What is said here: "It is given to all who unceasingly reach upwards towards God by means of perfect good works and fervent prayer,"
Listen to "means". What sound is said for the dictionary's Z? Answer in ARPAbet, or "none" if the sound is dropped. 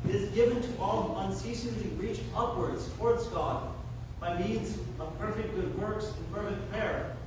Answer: Z